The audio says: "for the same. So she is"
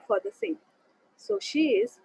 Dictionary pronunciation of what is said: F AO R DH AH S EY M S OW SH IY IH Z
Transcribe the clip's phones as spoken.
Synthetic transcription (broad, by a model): F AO R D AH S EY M S OW SH IY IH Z